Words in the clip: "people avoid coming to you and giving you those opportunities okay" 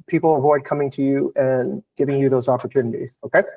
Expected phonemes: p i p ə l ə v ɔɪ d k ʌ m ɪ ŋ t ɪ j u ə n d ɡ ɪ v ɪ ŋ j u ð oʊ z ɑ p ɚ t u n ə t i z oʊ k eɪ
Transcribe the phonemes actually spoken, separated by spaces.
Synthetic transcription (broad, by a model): p i p l ə v ɔɪ d k ʌ m ɪ ŋ t ɪ j u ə n ɡ ɪ v ɪ ŋ j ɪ ð oʊ z ɑ p ɚ t u n ə t i z oʊ k eɪ